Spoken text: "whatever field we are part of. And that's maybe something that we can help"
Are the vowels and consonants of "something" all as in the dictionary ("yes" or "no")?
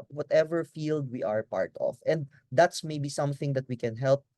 yes